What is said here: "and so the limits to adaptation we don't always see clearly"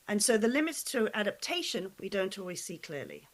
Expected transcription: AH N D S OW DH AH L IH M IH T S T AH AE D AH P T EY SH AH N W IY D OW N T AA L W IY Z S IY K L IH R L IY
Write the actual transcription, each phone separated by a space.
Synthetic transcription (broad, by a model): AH N S OW DH AH L IH M IH T S T AH AE D AH P T EY SH AH N W IY D OW N T AA L W IY Z S IY K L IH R L IY